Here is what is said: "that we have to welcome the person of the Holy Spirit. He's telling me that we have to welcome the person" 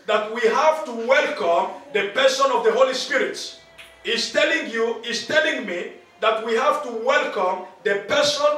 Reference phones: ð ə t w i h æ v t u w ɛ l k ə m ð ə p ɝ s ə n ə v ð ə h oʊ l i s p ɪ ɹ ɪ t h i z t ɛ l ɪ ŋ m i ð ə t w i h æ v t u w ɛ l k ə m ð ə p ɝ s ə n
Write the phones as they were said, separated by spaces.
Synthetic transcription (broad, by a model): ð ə t w i h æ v t u w ɛ l k ə m ð ə p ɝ s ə n ə v ð ə h oʊ l i s p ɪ ɹ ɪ t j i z t ɛ l ɪ ŋ m i ð ə t w i h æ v t u w ɛ l k ə m ð ə p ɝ s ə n